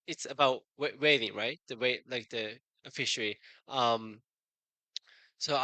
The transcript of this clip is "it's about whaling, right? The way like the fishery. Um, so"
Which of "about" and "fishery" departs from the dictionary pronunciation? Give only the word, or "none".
none